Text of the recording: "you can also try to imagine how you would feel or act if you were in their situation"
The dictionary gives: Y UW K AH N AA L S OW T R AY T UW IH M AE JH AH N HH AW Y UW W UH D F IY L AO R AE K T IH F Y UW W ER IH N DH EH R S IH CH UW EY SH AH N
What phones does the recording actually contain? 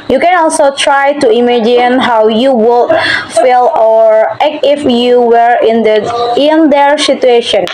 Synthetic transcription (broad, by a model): Y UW K AH N AA L S OW T R AY T UW IH M AE JH AH N HH AW Y UW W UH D F IY L AO R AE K IH F Y UW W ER IH N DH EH R S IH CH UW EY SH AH N